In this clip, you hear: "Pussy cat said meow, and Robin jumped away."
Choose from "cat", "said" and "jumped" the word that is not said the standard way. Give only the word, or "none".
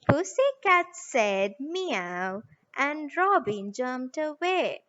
jumped